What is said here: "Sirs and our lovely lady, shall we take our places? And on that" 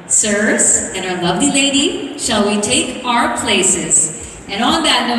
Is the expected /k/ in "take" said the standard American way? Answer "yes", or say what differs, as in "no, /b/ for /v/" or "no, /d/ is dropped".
yes